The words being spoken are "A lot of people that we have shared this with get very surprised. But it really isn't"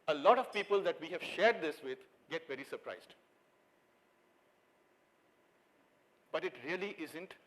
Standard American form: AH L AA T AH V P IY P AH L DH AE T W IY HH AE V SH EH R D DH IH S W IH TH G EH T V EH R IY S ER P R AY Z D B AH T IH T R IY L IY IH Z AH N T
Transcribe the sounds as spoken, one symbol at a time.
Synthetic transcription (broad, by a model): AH L AA T AH V P IY P AH L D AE T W IY HH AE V SH EH R D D IH S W IH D G EH T V EH R IY S ER P R AY Z D B AH T IH T R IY L IY IH Z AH N T